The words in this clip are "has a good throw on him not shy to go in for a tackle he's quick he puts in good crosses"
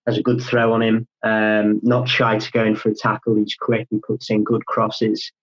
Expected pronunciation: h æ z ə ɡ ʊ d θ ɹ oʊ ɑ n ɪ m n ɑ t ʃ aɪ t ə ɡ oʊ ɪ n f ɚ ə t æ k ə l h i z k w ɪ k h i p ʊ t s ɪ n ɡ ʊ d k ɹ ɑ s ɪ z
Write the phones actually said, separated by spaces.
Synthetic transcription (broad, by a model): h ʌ z ə ɡ ʊ d θ ɹ oʊ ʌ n ɪ m n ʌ t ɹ aɪ t ə ɡ oʊ ɪ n f ɚ ə t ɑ k ə l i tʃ k w ɪ k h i p ʊ t s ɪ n ɡ ʊ d k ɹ ɑ s ɪ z